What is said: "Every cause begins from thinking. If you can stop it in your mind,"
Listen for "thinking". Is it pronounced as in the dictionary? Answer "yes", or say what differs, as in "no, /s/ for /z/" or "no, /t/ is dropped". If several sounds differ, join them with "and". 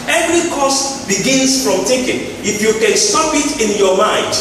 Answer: no, /t/ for /θ/ and /ŋ/ is dropped